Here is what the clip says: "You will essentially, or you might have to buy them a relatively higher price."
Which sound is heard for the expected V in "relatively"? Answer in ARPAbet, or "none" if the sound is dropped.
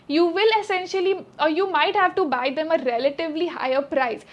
V